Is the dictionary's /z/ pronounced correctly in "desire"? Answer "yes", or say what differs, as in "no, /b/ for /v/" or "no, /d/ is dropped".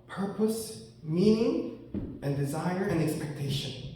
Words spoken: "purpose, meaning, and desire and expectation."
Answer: yes